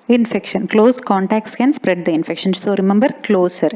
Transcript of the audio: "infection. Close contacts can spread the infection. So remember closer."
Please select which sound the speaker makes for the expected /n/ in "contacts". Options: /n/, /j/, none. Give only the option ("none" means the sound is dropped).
/n/